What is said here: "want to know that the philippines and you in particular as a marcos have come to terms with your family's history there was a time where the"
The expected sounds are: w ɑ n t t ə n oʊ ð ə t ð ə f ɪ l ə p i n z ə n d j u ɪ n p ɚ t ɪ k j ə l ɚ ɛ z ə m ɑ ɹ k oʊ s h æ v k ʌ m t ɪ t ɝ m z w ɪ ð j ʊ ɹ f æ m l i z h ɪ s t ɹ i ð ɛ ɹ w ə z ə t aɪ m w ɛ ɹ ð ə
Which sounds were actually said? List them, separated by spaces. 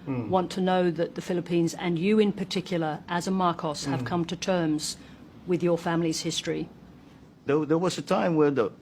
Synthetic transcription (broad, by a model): w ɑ n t t ə n oʊ ð ə t ð ə f ɪ l ə p i n z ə n j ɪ ɪ n p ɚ t ɪ k j l ɚ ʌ z ə m ɑ ɹ k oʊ s h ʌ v k ʌ m t ɪ t ɝ m z w ɪ ð j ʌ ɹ f æ m l i z h ɪ s t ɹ i ð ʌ ɹ w ə z ə t aɪ m w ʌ ɹ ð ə